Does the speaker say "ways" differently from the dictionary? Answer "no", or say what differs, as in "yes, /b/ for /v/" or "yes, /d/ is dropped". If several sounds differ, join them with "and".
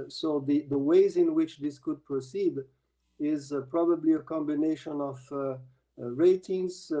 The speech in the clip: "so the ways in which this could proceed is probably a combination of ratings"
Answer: no